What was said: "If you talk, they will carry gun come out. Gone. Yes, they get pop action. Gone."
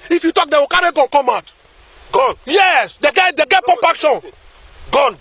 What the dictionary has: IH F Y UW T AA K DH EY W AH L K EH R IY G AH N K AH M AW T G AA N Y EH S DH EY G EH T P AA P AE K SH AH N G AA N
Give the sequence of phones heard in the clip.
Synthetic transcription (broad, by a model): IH F Y UW T AA K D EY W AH K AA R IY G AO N K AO M AW T G AA N Y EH S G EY G EH T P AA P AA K S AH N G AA N